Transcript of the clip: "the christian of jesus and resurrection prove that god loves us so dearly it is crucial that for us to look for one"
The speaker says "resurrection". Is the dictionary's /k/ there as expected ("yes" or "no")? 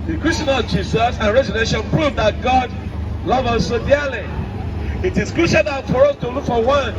no